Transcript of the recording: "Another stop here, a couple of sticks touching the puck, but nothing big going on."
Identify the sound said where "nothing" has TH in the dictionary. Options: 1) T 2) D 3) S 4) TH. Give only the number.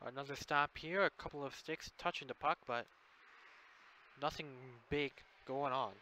4